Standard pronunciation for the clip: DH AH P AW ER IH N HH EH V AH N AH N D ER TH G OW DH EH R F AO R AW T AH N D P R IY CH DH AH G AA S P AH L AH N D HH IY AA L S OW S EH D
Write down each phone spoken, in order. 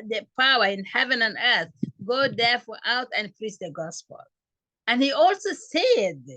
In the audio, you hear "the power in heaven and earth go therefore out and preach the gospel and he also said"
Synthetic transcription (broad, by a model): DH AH P AW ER IH N HH EH V AH N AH N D ER TH G OW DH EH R F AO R AW T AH N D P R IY S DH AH G AA S P AH L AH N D HH IY AA L S OW S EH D